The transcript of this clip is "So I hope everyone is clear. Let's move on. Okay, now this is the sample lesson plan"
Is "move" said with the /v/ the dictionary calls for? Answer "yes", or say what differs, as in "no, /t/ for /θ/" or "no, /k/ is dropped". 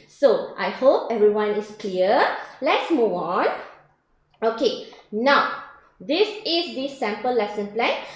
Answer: no, /v/ is dropped